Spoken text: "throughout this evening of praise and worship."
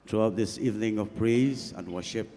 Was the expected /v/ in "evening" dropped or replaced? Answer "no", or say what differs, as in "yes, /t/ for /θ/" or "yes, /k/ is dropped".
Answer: no